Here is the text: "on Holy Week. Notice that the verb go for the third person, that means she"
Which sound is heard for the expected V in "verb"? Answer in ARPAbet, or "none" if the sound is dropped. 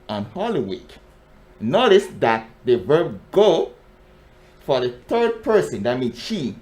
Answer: V